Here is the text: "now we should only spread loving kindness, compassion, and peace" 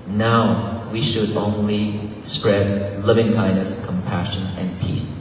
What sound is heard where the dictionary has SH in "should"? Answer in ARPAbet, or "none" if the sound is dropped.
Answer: SH